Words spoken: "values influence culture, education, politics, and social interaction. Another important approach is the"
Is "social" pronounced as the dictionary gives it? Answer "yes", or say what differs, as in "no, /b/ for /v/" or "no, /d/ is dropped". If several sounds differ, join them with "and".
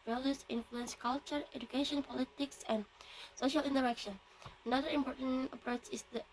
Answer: yes